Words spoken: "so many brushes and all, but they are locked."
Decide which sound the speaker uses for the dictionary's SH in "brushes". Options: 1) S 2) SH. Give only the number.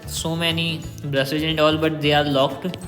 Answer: 1